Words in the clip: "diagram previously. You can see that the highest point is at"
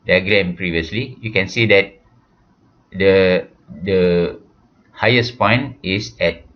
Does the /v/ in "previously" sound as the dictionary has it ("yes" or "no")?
yes